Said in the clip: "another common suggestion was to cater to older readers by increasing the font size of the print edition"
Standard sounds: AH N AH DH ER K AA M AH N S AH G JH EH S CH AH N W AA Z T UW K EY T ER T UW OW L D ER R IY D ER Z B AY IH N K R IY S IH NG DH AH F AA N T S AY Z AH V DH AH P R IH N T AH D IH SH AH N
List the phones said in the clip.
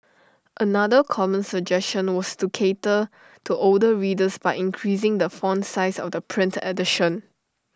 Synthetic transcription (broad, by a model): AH N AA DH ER K AA M AH N S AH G JH EH S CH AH N W AA S T UW K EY T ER T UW OW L D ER R IY D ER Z B AY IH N K R IY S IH NG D AH F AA N S AY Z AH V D AH P R IH N T AH D IH SH AH N